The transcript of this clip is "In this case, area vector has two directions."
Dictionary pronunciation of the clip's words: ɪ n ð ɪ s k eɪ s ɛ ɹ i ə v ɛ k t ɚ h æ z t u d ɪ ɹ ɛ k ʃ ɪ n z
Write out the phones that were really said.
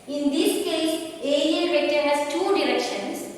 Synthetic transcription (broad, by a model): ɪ n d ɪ s k eɪ s ɛ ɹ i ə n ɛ t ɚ h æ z t u d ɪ ɹ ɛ k ʃ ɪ n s